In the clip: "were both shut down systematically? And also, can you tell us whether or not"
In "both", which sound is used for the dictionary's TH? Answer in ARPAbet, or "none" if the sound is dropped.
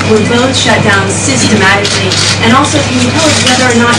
TH